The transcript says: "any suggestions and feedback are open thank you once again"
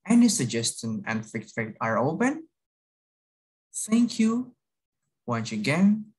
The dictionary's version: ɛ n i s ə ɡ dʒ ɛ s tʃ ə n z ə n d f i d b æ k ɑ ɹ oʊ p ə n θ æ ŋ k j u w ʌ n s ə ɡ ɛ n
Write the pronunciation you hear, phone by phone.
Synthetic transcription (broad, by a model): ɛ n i s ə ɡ dʒ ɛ s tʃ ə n ə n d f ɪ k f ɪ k ɑ ɹ oʊ p ə n θ æ ŋ k j u w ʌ n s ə ɡ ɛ n